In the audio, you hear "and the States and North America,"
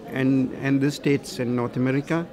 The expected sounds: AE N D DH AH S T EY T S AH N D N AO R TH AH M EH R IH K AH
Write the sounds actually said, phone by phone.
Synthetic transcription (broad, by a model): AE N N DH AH S T EY T S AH N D N AO R T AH M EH R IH K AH